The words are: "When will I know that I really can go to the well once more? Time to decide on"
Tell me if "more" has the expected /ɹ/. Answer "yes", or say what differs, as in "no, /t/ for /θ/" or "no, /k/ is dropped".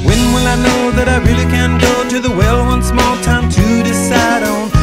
no, /l/ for /ɹ/